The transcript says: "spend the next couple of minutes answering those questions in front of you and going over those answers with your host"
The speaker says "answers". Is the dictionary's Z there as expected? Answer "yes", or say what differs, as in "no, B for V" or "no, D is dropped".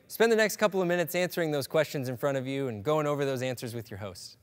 yes